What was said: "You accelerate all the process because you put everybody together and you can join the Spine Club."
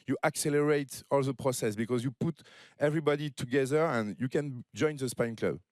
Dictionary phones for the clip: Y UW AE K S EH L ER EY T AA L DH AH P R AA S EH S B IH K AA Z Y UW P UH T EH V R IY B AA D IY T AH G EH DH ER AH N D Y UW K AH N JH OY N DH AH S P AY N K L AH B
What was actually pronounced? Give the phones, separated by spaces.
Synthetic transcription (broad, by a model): Y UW AE K S EH L ER EY T AA L DH AH P R AA S EH S B IH K AA Z Y UW P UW T EH V R IY B AA D IY T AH G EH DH ER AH N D Y UW K AH N JH OY N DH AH S P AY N K L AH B